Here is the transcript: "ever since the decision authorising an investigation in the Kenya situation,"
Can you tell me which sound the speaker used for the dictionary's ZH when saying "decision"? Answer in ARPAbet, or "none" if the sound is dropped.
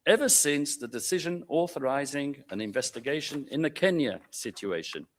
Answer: ZH